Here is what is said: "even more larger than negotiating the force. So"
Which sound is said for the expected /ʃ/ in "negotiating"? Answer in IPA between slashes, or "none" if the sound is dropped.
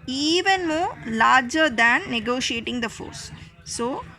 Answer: /ʃ/